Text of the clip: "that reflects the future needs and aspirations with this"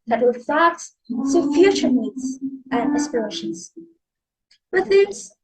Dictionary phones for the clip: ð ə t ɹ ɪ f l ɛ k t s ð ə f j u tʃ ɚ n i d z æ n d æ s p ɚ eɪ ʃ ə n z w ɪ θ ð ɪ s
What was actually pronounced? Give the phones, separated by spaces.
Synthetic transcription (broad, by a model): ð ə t w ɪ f æ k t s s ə f j u tʃ ɚ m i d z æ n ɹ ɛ s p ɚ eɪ ʃ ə n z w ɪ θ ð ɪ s